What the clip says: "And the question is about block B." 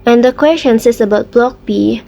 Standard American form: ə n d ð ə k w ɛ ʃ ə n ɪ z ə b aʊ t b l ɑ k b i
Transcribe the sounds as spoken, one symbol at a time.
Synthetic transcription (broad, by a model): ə n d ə k w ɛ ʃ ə n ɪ s ə b aʊ t b l ɑ k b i